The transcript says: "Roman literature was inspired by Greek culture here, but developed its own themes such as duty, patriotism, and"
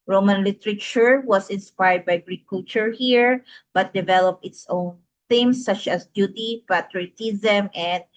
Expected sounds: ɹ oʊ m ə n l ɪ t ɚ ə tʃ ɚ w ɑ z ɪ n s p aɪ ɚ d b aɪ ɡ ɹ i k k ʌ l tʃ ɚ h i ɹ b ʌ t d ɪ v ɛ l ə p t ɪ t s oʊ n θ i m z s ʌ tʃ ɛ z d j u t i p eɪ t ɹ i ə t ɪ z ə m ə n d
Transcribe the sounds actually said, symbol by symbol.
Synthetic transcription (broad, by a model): ɹ oʊ m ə n l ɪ t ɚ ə tʃ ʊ w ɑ s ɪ n s p aɪ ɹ d b aɪ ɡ ɹ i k k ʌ l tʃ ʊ h i ɹ b ʌ t d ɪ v ɛ l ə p ɪ t s oʊ n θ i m s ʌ tʃ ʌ s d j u t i p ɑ t ɹ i t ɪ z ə m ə n d